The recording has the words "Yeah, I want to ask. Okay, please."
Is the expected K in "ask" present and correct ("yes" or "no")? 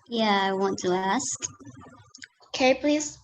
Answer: yes